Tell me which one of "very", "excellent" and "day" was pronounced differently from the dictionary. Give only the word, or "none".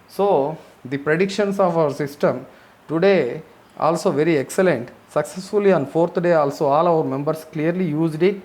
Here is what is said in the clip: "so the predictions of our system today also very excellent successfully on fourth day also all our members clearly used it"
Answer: none